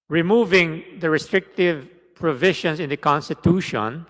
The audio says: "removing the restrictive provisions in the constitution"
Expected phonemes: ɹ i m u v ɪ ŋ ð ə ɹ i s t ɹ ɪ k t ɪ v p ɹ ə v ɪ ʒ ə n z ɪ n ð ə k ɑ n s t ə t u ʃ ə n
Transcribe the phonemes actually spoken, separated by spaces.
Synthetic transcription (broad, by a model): ɹ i m u v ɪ ŋ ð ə ɹ i s t ɹ ɪ k t ɪ v p ɹ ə v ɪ ʃ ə n s ɪ n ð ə k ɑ n s t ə t u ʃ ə n